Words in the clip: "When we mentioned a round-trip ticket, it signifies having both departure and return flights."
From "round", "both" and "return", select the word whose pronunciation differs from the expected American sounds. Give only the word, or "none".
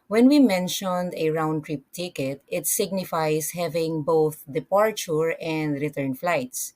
none